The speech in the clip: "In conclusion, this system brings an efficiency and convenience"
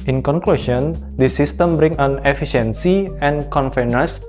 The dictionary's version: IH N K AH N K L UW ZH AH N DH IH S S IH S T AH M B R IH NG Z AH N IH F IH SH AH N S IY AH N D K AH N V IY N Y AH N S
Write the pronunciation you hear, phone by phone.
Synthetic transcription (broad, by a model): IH N K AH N K L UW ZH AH N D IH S S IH S T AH M B R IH NG AH N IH F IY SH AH N S IY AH N K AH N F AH N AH S